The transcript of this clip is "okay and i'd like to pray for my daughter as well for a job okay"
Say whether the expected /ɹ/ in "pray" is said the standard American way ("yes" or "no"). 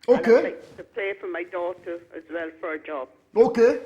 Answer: no